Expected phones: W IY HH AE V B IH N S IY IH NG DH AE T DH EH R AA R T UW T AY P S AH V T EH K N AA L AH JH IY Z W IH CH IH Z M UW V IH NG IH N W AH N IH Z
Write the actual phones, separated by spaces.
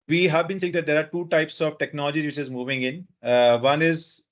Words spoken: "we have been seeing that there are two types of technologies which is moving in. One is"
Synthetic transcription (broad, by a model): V IY HH AE V B IH N S IY IH NG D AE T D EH R AA R T UW T AY P S AH V T EH K N AA L AH JH IY Z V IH CH IH Z M UW V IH NG IH N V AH N IH Z